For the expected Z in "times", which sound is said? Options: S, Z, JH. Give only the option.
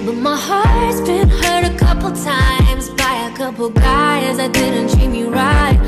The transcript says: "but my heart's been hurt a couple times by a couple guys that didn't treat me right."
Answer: Z